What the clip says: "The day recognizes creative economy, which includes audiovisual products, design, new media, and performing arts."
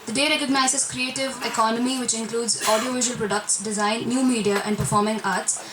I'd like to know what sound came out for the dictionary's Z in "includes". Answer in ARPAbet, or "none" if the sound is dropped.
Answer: Z